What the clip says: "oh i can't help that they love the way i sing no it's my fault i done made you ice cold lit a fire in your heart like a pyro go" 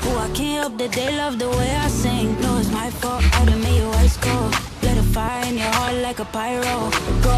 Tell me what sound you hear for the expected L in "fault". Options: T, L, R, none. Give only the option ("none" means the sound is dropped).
none